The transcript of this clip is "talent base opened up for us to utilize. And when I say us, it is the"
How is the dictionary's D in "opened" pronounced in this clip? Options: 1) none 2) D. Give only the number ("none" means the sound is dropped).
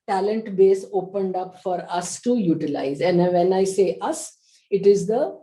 2